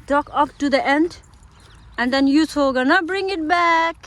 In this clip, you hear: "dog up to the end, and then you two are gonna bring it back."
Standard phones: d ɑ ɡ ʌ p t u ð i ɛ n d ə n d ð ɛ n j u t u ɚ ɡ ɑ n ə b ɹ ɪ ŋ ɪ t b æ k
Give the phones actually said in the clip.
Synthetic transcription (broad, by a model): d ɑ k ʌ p t u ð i ɛ n d ə n d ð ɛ n j u s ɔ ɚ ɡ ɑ n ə b ɹ ɪ ŋ ɪ t b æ k